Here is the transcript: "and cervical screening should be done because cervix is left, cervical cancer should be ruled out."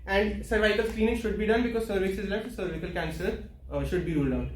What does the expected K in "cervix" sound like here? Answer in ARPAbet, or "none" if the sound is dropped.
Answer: none